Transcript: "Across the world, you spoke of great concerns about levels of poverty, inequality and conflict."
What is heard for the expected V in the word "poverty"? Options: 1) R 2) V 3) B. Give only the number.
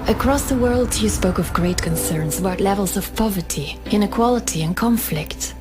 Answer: 2